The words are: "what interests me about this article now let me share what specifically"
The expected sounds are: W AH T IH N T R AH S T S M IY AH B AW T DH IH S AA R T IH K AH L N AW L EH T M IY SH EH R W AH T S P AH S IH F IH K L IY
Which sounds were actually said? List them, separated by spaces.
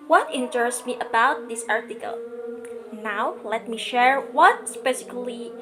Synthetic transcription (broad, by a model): W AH T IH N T AH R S M IY AH B AW T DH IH S AA R T IH K AH L N AW L EH T M IY SH EH R W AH T S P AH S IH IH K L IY